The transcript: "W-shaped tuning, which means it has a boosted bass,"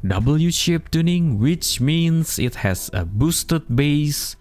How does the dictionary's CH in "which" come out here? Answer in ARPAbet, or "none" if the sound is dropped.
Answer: CH